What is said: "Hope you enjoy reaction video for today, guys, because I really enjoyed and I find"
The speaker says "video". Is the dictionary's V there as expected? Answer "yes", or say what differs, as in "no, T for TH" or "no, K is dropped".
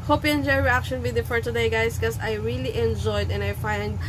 no, W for V